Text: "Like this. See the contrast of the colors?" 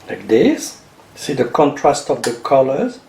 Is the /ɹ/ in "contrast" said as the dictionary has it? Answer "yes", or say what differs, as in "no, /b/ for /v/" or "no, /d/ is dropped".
yes